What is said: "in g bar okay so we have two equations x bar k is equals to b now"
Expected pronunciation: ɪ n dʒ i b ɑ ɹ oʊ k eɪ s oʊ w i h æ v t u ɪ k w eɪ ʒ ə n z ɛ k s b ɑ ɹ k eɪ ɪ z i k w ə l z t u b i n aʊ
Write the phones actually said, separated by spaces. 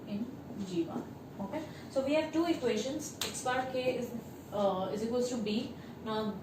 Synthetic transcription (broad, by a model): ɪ n dʒ i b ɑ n oʊ k eɪ s oʊ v i h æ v t u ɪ k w eɪ ʃ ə n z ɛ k s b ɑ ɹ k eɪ ɪ z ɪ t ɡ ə z t u b i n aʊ